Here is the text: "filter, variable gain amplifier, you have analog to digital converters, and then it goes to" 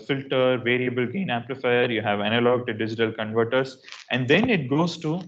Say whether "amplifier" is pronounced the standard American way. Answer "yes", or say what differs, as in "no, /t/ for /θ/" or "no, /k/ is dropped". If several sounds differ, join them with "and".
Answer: no, /m/ is dropped